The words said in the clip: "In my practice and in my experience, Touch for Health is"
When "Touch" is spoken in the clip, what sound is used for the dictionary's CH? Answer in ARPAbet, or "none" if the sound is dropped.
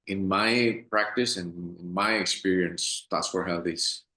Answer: S